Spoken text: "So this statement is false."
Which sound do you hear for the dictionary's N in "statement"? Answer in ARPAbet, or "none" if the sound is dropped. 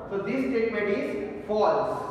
none